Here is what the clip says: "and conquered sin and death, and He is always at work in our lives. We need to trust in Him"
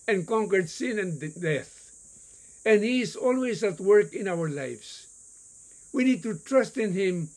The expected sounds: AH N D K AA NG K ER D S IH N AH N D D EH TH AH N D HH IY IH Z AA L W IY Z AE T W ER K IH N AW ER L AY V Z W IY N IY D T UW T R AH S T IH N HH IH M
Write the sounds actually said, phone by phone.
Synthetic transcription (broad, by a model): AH N K AA NG K ER D S IH N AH N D D EH TH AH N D HH IY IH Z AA L W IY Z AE T W ER K IH N AW ER L AY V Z W IY N IY D T UW T R AH S T IH N HH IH M